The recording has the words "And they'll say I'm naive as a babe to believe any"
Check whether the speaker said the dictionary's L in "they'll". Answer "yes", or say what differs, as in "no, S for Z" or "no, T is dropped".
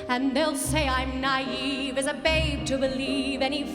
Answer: yes